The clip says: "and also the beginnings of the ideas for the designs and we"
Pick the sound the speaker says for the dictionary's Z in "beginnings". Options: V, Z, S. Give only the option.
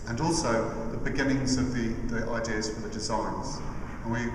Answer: Z